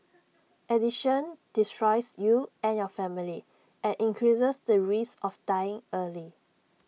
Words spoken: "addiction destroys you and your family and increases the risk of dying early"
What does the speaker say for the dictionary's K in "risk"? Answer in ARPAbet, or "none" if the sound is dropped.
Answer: none